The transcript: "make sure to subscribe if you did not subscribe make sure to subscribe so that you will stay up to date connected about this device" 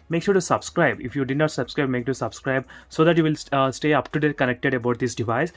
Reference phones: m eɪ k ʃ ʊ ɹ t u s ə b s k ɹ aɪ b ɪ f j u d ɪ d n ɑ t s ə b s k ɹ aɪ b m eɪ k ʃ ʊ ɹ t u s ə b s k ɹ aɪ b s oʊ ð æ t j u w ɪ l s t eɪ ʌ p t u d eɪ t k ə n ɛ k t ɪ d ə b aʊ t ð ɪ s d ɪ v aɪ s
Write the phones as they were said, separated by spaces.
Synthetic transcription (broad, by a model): m eɪ k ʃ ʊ ɹ t u s ə b s k ɹ aɪ b ɪ f j u d ɪ d n ɑ t s ə b s k ɹ aɪ b m eɪ k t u s ə b s k ɹ aɪ b s oʊ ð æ t j u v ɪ l s t eɪ ʌ p t u d eɪ t k ə n ɛ k t ɪ d ə b aʊ t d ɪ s d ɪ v aɪ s